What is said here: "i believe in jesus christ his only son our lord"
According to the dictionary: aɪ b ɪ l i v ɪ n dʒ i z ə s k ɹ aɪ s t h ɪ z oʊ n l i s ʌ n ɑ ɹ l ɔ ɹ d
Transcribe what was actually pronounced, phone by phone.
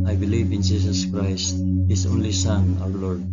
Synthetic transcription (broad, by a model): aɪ b ɪ l i v ɪ n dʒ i s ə s k ɹ aɪ s t h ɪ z oʊ n l i s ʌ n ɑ w l ɔ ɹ d